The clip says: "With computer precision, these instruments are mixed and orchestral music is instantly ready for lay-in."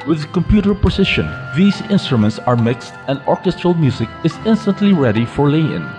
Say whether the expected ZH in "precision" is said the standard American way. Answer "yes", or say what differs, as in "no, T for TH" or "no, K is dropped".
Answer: no, SH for ZH